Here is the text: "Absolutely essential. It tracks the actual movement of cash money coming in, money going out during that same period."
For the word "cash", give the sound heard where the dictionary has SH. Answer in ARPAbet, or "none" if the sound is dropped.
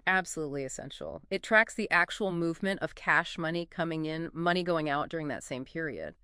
SH